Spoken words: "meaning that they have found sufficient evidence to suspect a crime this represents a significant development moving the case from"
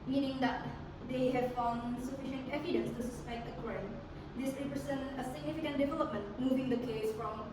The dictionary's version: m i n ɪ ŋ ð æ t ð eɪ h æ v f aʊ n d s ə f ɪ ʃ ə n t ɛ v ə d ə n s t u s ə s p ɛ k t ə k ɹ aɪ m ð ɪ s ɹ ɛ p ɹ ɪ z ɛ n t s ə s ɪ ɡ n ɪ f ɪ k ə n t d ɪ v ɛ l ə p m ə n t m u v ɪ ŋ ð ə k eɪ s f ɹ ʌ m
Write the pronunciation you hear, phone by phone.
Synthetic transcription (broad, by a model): m i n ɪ ŋ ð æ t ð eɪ h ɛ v f aʊ n d s ə f ɪ ʃ ə n t ɛ v ə d ə n s t u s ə s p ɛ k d ə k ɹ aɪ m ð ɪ s ɹ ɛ p ɹ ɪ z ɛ n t ə s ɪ ɡ n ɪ f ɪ k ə n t d ɪ v ɛ l ə p m ə n t m u v ɪ ŋ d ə k eɪ s f ɹ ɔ m